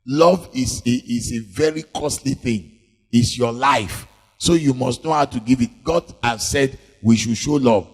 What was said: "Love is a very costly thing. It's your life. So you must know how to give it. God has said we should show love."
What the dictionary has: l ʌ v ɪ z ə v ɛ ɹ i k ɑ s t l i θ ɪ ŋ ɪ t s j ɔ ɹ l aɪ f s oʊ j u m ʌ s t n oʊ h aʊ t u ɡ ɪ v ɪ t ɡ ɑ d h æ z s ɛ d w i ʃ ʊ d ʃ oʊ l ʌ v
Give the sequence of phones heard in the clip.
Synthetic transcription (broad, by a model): l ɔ v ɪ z ə v ɛ ɹ i k ɑ s t l i θ ɪ ŋ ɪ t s j ɔ l aɪ f s oʊ j u m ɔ s t n oʊ h aʊ t u ɡ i v ɪ t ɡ ɑ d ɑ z s ɛ d w i ʃ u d ʃ oʊ l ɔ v